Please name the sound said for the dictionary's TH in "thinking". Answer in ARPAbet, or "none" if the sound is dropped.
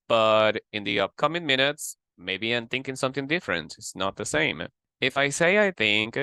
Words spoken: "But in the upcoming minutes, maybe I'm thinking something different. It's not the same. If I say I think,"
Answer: TH